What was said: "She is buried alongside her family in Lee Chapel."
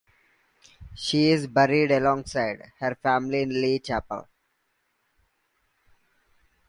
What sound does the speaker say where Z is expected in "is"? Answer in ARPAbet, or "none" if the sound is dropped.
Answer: Z